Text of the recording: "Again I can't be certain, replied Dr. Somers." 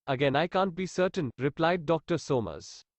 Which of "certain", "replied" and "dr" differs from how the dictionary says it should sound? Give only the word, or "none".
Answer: none